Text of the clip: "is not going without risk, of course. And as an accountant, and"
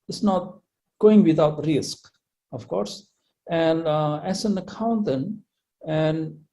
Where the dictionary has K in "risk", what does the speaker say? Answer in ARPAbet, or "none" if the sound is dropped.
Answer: K